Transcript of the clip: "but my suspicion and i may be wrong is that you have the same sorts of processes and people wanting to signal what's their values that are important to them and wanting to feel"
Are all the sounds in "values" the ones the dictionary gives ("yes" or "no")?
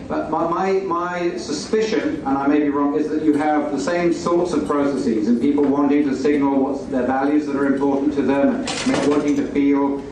yes